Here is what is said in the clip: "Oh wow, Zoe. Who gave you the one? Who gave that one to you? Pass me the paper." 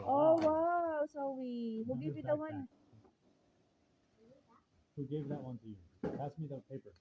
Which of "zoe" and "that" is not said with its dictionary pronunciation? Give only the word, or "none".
zoe